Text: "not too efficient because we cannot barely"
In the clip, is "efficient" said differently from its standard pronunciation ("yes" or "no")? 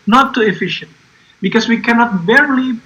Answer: no